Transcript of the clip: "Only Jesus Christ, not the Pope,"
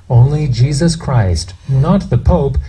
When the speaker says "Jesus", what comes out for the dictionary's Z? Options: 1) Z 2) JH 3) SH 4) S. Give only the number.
1